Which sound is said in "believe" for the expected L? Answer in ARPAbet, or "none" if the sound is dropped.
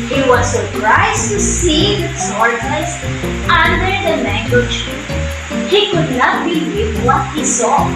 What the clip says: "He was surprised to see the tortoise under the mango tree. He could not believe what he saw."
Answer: W